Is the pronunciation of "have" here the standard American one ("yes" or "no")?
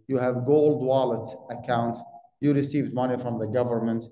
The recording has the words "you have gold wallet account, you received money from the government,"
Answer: yes